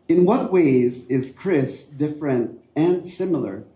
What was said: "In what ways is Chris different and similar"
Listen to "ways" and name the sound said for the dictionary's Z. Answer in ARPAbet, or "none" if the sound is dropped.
Z